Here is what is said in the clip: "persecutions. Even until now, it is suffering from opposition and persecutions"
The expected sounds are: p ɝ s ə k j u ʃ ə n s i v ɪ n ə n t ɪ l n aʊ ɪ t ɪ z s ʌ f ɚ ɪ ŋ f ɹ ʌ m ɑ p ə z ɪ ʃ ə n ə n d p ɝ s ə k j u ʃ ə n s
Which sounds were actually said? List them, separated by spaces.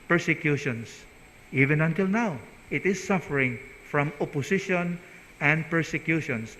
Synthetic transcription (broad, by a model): p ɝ s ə k j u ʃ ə n s i v ɪ n ə n t ɪ l n aʊ ɪ t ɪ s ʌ f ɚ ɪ ŋ f ɹ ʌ m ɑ p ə s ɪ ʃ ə n ə n d p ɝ s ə k j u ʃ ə n s